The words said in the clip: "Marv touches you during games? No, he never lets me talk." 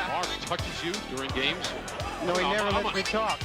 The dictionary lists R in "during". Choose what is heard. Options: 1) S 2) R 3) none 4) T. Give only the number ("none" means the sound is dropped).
2